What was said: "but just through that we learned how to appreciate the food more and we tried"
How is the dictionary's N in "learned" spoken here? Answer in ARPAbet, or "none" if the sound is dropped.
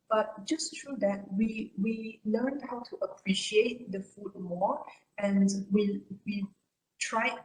L